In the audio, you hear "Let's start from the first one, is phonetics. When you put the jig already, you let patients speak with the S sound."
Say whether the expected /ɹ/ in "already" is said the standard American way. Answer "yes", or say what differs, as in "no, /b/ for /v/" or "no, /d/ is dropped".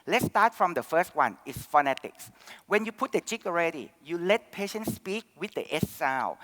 yes